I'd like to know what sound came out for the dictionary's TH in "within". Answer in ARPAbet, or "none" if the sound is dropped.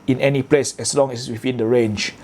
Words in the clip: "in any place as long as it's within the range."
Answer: F